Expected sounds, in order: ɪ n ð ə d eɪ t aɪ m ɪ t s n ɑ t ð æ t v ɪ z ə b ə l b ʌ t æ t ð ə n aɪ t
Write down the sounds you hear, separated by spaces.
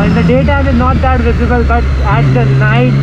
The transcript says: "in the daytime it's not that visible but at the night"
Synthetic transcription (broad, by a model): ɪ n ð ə d eɪ t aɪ ɪ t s n ɑ t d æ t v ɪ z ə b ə l b ʌ t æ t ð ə n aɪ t